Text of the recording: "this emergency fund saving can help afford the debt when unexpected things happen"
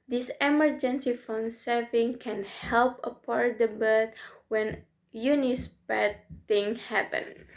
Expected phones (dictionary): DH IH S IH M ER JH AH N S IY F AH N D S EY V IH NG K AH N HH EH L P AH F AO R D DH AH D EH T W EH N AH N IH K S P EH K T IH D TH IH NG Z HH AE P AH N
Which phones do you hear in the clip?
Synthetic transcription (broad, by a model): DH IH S IH M ER JH AH N S IY F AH N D S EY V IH NG K AH N HH EH L P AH P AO R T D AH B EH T W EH N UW N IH S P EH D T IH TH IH NG HH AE P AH N